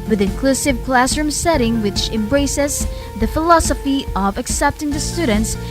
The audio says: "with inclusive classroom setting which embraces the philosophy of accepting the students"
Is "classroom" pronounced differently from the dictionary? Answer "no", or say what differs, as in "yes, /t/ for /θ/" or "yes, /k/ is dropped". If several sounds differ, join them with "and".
no